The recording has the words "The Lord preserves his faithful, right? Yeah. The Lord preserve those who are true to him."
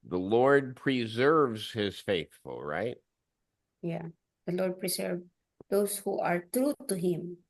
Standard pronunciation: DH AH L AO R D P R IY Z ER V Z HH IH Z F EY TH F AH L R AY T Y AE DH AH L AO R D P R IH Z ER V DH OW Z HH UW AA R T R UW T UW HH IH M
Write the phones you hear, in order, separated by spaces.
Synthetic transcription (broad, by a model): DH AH L AO R D P R IY Z ER V Z HH IH Z F EY TH F AH L R AY T Y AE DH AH L AO R D P R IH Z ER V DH OW S HH UW AA R T R UW T UW HH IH M